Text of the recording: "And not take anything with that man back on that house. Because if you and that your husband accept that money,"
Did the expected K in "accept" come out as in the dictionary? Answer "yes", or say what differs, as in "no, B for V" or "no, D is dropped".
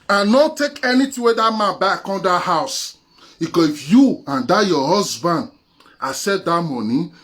no, K is dropped